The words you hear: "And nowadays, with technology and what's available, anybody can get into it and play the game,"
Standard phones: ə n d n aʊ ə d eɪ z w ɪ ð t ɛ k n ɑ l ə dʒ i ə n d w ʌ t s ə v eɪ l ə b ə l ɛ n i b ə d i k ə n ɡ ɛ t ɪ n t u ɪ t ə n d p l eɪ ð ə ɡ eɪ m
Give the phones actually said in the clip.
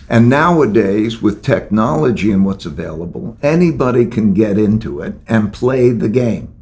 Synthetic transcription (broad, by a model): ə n n aʊ ə d eɪ z w ɪ ð t ɛ k n ɑ l ə dʒ i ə n w ʌ t s ə v eɪ l ə b ə l ɛ n i b ə d i k ə n ɡ ɛ t ɪ n t u ɪ t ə n p l eɪ ð ə ɡ eɪ m